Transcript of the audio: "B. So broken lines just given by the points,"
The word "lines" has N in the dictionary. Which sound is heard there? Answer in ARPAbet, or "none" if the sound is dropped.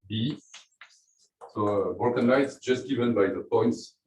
none